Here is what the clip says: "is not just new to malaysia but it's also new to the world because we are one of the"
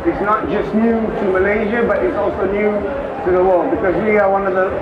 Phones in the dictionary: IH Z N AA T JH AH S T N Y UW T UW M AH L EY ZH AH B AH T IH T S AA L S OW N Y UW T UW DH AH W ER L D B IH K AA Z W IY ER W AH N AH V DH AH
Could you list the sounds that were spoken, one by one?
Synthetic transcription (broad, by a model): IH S N AA T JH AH S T N Y UW T UW M AH L EY ZH AH B AH T IH T S AA L S OW N Y UW T UW DH AH W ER L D B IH K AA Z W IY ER W AH N AH V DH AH